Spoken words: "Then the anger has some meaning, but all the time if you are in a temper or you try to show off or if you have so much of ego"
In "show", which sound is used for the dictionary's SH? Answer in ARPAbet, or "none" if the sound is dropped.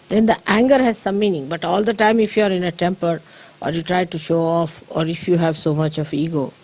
SH